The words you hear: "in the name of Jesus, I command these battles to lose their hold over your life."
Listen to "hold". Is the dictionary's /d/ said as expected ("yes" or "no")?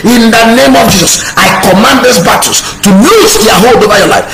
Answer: yes